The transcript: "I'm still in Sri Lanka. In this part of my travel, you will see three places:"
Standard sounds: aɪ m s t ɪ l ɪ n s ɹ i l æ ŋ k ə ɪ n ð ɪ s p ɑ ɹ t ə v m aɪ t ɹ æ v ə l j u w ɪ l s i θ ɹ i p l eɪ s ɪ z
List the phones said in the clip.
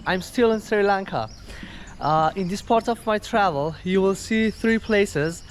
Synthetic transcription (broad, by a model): aɪ m s t ɪ l ɪ n s ɹ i l æ ŋ k ə ɪ n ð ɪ s p ɑ ɹ t ə v m aɪ t ɹ æ v ə l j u w ɪ l s i θ ɹ i p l eɪ s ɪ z